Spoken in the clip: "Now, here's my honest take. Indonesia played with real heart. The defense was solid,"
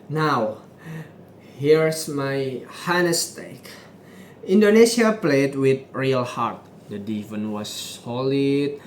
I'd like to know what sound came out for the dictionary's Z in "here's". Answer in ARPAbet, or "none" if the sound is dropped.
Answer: S